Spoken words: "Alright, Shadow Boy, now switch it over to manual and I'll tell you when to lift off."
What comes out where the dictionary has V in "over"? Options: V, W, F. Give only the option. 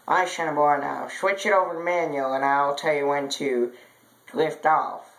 V